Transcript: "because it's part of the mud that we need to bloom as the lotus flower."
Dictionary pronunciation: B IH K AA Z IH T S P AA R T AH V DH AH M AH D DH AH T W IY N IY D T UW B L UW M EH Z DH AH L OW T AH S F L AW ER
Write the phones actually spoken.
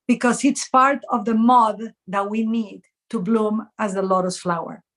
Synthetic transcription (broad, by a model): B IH K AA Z IH T S P AA R T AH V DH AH M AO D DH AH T W IY N IY D T UW B L UW M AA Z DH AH L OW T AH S F L AW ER